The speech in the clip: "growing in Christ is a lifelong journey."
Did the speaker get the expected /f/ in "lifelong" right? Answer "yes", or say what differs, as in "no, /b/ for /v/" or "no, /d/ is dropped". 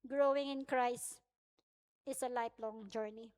no, /p/ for /f/